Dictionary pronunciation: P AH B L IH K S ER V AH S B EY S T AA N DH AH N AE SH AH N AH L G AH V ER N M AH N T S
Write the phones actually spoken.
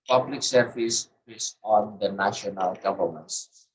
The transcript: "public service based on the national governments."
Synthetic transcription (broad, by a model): P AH B L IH K S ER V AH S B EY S AA N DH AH N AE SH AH N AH L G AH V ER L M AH N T S